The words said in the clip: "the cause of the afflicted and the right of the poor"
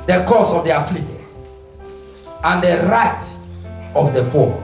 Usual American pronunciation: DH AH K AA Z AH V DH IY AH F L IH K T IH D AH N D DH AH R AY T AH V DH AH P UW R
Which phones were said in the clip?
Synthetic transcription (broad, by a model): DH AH K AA S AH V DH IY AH F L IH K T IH AH N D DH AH R AY T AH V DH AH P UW